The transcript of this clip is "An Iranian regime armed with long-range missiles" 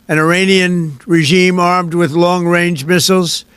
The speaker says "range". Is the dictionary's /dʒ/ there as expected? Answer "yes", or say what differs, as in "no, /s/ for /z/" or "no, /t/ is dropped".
yes